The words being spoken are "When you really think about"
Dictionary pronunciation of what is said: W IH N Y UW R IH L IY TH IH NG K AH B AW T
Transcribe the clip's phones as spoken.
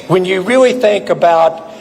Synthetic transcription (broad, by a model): W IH N Y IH R IH L IY TH IH NG K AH B AW T